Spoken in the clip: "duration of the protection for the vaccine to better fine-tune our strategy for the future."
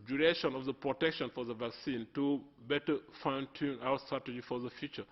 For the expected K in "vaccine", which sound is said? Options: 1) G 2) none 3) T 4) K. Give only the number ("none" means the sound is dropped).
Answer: 4